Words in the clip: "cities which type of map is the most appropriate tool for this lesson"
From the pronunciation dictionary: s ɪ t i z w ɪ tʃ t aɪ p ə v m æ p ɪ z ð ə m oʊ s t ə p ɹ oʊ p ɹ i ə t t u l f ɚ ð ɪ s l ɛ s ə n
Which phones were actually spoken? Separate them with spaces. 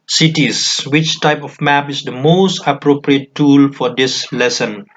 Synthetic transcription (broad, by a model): s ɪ t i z w ɪ tʃ t aɪ p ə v m æ p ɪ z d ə m oʊ s t ə p ɹ oʊ p ɹ i ə t t u l f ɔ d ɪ s l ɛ s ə n